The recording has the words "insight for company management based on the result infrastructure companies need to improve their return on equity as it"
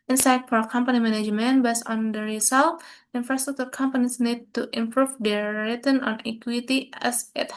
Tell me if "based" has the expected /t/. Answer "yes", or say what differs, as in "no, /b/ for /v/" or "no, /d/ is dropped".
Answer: no, /t/ is dropped